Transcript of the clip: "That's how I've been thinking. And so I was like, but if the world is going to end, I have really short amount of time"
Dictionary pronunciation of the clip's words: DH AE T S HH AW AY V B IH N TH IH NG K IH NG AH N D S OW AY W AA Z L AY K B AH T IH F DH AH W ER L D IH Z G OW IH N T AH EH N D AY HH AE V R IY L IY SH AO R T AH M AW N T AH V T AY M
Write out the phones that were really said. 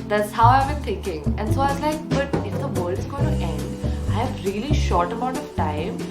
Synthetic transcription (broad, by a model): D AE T S HH AW AY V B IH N T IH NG K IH NG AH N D S OW AY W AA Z L AY K B AH T IH F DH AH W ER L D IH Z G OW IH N T EH N D AY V R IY L IY SH AO R T AH M AW N T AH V T AY M